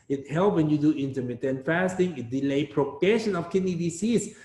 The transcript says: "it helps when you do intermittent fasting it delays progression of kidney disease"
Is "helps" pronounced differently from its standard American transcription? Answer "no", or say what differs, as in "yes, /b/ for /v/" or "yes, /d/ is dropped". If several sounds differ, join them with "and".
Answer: yes, /s/ is dropped